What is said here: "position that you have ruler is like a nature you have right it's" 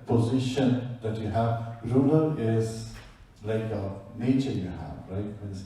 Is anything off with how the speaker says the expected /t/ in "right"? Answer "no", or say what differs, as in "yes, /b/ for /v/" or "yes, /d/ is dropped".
yes, /t/ is dropped